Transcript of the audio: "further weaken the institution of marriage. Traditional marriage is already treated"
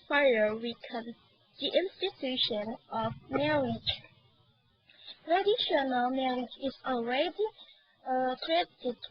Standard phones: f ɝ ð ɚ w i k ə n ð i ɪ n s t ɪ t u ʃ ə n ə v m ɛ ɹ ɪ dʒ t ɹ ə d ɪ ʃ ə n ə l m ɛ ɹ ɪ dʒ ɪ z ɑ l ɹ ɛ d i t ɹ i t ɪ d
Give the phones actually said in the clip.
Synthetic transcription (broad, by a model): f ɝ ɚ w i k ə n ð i ɪ n s t ɪ t u ʃ ə n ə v m ɛ ɹ ɪ dʒ t ɹ ə d ɪ ʃ ə n ə l m ɛ ɹ ɪ dʒ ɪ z ɑ l ɹ ɛ d i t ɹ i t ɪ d